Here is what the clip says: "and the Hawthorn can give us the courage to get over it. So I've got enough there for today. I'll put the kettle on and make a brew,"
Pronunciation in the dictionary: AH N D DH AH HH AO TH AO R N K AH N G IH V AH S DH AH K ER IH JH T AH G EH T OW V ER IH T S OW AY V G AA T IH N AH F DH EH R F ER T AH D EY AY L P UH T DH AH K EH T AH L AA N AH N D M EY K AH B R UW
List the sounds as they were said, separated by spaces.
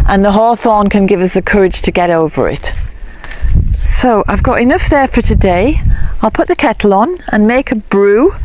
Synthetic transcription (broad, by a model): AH N DH AH HH AO TH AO N K AH N G IH V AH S DH AH K ER IH JH T AH G EH T OW V ER IH T S OW AY V G AA T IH N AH F DH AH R F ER T AH D EY AY L P UH T DH AH K EH T L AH N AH N M EY K AH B R UW